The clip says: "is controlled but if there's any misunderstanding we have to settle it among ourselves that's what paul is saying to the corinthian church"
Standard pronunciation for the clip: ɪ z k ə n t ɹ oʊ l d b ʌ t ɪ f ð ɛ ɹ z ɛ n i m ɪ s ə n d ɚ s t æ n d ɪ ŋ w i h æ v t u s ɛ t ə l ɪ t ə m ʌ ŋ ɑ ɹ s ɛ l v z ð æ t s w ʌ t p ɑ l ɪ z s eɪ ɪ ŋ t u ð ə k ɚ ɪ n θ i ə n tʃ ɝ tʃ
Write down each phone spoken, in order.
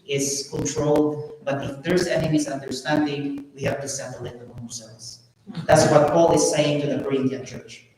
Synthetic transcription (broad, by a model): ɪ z k ə n t ɹ oʊ l d b ʌ t ɪ f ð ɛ ɹ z ɛ n i m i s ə n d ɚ s t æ n d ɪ ŋ w i h æ v t u s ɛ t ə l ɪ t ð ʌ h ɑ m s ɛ v s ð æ t s w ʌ t p ɑ l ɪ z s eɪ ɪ ŋ t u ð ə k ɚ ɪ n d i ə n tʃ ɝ tʃ